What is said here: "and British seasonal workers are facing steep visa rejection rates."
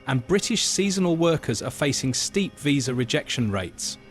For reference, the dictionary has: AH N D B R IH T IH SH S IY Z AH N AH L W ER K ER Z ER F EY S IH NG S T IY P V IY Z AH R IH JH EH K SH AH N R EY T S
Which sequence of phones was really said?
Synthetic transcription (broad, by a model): AH N B R IH T IH SH S IY Z AH N AH L W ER K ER Z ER F EY S IH NG S T IY P V IY Z AH R IH JH EH K SH AH N R EY T S